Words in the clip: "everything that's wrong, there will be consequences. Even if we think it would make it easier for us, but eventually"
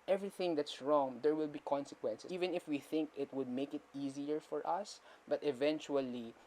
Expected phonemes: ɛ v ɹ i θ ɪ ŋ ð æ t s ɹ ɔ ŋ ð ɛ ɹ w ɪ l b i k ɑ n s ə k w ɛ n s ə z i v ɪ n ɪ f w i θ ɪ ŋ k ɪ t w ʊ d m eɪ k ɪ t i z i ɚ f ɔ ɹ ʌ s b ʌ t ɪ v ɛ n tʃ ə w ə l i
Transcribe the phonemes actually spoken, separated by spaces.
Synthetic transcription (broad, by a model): ɛ v ɹ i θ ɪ ŋ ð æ t s ɹ ɔ ŋ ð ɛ ɹ w ɪ l b i k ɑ n s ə k w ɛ n s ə i v ɪ n ɪ f w i θ ɪ ŋ k ɪ t w ʊ d m eɪ k ɪ t i z i ɚ f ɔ ɹ ʌ s b ʌ t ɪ v ɛ n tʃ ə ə l i